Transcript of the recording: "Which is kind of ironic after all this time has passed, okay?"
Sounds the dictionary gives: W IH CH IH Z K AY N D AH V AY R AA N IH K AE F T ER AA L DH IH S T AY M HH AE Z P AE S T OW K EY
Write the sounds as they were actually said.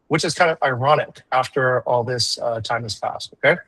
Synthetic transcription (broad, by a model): W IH CH IH Z K AY N D AH V AY R AA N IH K AE F T ER AA L DH IH S T AY M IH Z P AE S T OW K EY